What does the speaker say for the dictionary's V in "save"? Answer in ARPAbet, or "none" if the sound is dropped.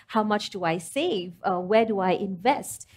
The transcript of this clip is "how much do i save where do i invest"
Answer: V